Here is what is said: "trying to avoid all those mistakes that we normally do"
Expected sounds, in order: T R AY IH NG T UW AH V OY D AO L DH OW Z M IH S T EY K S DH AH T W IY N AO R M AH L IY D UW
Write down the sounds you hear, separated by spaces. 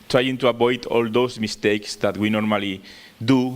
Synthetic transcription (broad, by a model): T R AY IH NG T UW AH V OY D AO L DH OW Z M IH S T EY K S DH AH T W IY N AO R M AH L IY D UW